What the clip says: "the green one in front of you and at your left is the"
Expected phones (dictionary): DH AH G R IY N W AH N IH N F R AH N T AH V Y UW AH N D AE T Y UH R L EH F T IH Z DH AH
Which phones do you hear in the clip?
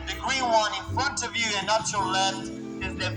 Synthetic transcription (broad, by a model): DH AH G R IY N W AH N IH N F R AH N T AH V Y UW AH N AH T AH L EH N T IH Z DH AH